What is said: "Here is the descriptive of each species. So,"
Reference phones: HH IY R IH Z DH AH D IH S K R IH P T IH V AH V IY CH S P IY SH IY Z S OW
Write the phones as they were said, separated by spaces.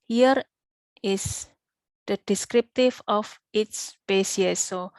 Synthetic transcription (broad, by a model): HH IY R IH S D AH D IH S K R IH P T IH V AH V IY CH S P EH S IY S OW